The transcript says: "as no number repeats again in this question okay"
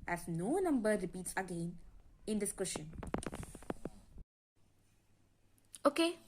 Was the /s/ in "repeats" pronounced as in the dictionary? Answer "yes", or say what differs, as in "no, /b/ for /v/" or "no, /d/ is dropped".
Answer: yes